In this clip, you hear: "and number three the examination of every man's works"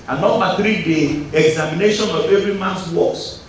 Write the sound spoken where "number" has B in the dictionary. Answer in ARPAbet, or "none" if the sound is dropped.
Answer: none